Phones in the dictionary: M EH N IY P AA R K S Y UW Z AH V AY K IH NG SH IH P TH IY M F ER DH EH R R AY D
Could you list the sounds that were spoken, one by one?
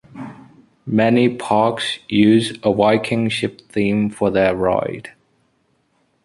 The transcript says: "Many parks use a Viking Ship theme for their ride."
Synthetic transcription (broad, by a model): M EH N IY P AA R K S Y UW Z AH W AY K IH NG SH IH P TH IY M F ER DH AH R R AY D